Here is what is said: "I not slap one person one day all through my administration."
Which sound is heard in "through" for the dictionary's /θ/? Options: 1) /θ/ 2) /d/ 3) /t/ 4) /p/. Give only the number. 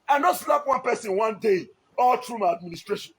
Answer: 3